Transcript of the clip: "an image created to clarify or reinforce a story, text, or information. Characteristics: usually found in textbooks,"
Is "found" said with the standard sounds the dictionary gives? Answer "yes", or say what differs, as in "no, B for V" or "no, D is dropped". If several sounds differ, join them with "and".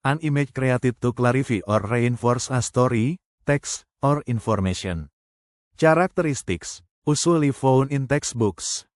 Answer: no, D is dropped